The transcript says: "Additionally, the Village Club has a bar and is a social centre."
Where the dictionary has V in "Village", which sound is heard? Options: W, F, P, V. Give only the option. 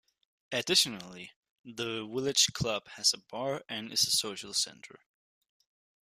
W